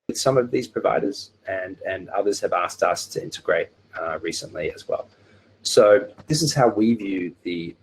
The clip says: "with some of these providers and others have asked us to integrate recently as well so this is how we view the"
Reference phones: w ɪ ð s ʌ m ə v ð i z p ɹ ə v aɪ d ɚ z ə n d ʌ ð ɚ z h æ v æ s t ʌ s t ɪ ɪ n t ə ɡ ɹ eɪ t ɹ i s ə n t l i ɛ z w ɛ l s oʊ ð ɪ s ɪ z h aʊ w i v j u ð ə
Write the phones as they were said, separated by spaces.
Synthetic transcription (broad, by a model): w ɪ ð s ʌ m ə v ð i z p ɹ ə v aɪ d ɚ z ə n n ʌ ð ɚ z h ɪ v æ s t ʌ s t ɪ ɪ n t ə ɡ ɹ eɪ t ɹ i s ə n t l i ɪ z w ɛ l s oʊ ð ɪ s ɪ z h aʊ w i v j u ð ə